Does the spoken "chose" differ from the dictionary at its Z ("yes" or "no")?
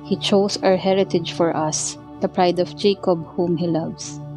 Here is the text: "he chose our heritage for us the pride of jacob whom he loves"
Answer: yes